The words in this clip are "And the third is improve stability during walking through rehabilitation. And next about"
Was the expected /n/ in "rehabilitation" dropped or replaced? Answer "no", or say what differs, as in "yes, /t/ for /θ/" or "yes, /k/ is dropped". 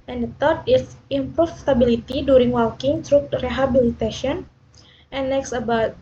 yes, /n/ is dropped